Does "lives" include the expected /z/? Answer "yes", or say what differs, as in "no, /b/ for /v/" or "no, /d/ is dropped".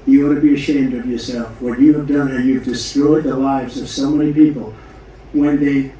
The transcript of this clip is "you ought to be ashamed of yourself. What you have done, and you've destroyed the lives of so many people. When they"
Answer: yes